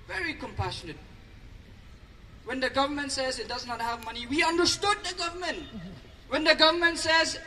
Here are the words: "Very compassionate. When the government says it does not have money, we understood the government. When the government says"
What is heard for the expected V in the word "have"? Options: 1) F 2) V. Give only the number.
2